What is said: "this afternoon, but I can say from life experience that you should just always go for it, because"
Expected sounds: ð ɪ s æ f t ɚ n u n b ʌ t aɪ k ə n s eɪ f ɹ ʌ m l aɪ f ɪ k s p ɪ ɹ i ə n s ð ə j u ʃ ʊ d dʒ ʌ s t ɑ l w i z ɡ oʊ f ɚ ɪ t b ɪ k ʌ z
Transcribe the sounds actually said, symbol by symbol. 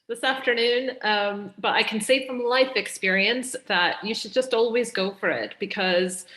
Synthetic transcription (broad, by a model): ð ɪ s æ f t ɚ n u n b ʌ t aɪ k n s eɪ f ɹ ʌ m l aɪ f ɪ k s p ɪ ɹ i ə n s ð ə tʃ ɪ ʃ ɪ d dʒ ʌ s t ɑ l w i z ɡ oʊ f ɚ ɪ t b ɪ k ʌ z